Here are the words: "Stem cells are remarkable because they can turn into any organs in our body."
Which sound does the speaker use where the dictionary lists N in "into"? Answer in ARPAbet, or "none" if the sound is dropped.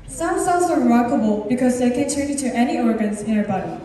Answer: none